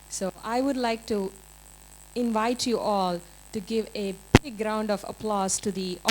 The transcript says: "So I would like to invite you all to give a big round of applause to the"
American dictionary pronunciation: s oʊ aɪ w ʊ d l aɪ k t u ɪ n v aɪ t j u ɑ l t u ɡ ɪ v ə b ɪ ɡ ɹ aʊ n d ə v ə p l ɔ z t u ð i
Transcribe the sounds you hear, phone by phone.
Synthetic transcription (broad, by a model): s oʊ aɪ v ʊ d l aɪ k t u ɪ n v aɪ t j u ɑ l t u ɡ ɪ v ə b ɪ ɡ ɹ aʊ n d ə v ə p l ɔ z t u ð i